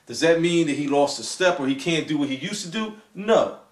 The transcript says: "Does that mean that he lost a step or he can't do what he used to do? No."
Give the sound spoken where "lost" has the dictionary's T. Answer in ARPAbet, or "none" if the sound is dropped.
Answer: T